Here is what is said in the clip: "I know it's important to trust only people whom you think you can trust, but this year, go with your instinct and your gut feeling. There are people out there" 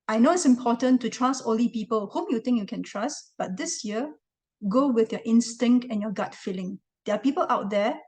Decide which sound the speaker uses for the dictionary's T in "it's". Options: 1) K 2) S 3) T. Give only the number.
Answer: 3